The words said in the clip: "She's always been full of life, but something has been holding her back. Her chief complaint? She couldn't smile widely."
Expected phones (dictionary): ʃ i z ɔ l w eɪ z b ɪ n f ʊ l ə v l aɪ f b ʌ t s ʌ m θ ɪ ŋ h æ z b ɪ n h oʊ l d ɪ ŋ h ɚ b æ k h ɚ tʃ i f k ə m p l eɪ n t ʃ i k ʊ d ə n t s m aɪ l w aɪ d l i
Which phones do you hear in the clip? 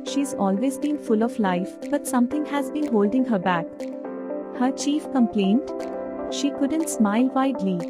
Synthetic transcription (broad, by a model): ʃ i z ɔ l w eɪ z b ɪ n f ʊ l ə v l aɪ f b ʌ t s ʌ m t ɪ ŋ h æ z b ɪ n h oʊ l d ɪ ŋ h ɚ b æ k h ɚ tʃ i f k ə m p l eɪ n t ʃ i k ʊ d ə n t s m aɪ l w aɪ d l i